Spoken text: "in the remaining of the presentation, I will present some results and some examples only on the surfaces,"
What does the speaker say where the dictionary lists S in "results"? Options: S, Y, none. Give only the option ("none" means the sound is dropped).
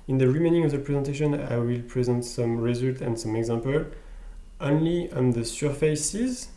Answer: none